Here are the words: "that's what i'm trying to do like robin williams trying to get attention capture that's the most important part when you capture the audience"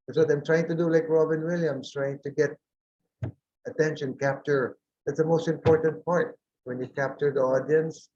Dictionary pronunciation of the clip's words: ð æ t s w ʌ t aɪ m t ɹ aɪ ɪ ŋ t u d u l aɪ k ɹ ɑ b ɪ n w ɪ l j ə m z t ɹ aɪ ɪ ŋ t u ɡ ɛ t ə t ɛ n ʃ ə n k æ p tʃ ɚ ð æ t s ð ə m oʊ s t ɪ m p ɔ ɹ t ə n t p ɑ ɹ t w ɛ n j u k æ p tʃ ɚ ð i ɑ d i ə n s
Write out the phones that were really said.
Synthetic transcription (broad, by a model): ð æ t s w ʌ t aɪ m t ɹ aɪ ɪ ŋ t u d u l aɪ k ɹ ɑ b ɪ n w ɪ l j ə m s t ɹ aɪ ɪ ŋ t u ɡ ɛ t ə t ɛ n ʃ ə n k æ p tʃ ɚ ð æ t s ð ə m oʊ s t ɪ m p ɔ ɹ t ə n t p ɑ ɹ t w ɛ n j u k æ p tʃ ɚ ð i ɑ d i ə n s